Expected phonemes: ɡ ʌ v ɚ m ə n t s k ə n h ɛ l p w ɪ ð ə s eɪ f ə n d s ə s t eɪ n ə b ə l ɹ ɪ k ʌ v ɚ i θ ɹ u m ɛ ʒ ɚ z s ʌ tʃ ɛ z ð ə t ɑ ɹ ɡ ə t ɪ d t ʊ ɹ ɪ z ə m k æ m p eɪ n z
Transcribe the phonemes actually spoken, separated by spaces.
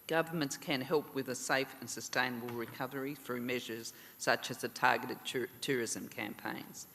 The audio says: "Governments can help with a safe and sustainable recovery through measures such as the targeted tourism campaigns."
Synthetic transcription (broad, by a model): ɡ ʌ v ɚ m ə n t s k ə n h ɛ l p w ɪ ð ə s eɪ f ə n s ə s t eɪ n ə b ə l ɹ ɪ k ʌ v ɚ i θ ɹ u m ɛ ʒ ɚ z s ʌ tʃ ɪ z ð ə t ɑ ɹ ɡ ə t ɪ d t ʊ ɹ ɪ z ə m k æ m p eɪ n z